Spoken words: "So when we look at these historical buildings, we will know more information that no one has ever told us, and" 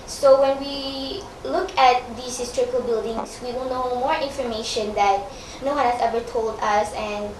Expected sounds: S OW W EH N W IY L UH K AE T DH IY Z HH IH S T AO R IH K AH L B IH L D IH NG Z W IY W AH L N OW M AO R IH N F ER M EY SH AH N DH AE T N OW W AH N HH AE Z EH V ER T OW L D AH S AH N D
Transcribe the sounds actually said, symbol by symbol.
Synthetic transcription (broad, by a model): S OW W EH N W IY L UH K AE T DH IY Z HH IH S T AO R IH K AH L B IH L D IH NG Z W IY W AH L N OW M AO R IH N F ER M EY SH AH N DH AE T N OW W AH N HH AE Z EH V ER T OW L D AH S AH N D